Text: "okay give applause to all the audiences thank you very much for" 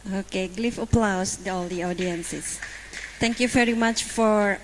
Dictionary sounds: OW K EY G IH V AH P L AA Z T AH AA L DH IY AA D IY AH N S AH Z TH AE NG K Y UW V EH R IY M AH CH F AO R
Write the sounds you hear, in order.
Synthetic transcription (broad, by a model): OW K EY G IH F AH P L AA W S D AA L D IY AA D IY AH N S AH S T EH NG K Y UW V EH R IY M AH CH F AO R